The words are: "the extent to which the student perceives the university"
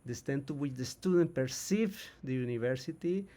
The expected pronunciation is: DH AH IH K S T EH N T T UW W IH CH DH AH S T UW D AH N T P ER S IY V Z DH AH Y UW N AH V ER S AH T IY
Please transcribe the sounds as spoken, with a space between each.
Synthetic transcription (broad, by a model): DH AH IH S T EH N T T UW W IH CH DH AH S T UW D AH N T P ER S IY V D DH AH Y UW N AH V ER S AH T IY